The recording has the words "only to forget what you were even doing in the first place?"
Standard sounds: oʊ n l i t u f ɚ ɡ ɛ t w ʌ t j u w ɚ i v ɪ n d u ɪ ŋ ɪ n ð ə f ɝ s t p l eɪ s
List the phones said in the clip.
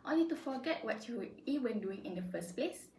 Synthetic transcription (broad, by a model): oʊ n l i t u f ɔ ɡ ɛ t w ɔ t j u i w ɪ n d u ɪ ŋ ɪ n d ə f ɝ s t p l eɪ s